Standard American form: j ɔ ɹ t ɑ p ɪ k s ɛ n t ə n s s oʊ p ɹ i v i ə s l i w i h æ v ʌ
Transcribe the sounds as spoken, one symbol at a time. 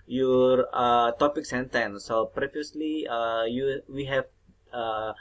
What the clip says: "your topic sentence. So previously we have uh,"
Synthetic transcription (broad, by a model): j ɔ ɹ t ɑ p ɪ k s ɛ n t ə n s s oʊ p ɹ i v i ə s l i w i h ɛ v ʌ